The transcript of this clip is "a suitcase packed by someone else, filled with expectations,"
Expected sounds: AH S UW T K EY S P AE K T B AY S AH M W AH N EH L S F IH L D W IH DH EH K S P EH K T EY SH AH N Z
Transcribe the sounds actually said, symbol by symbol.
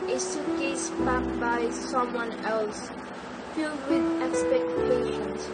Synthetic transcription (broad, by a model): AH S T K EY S B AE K B AY S AH M W AH N EH L S F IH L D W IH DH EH K S P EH K T EY SH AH N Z